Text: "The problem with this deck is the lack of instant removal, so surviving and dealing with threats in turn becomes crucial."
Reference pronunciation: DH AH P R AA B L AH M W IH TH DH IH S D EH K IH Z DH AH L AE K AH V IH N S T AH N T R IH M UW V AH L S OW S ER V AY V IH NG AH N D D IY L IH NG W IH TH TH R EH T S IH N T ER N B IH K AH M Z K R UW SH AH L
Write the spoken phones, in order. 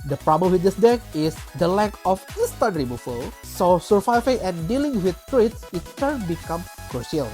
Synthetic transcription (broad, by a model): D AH P R AA B L AH M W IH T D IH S D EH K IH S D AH L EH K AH F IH S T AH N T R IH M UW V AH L S OW S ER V AY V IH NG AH N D D IY L IH NG W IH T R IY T S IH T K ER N B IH K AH M K R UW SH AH L